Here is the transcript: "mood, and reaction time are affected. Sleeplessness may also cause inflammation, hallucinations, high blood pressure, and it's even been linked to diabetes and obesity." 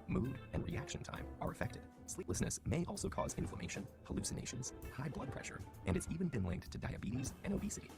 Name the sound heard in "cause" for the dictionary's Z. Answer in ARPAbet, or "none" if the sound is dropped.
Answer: Z